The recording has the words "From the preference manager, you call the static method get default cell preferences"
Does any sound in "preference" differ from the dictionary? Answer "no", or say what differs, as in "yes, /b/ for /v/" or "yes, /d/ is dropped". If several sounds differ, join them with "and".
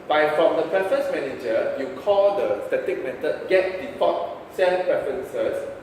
no